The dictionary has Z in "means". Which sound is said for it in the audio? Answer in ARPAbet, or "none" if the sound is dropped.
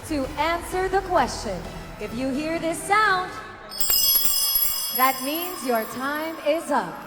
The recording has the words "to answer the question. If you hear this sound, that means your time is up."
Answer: Z